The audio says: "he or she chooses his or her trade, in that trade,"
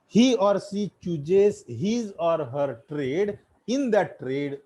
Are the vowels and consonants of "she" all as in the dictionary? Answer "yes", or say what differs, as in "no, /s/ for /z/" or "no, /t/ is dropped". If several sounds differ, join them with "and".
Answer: no, /s/ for /ʃ/